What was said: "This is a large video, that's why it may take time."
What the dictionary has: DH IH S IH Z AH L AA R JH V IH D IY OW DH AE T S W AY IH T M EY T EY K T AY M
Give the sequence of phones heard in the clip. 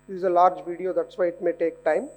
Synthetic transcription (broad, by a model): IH IH Z AH L AA R JH V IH D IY OW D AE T S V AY IH T M EY T EY K T AY M